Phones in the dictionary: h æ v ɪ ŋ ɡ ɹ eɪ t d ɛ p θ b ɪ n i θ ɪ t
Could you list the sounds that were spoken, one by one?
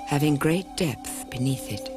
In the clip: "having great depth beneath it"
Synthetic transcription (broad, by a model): h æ v ɪ ŋ ɡ ɹ eɪ t d ɛ p θ b ɪ n i θ ɪ t